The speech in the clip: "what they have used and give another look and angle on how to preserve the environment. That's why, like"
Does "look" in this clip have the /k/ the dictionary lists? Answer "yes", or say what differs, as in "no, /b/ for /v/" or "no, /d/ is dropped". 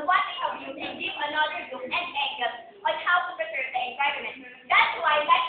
no, /k/ is dropped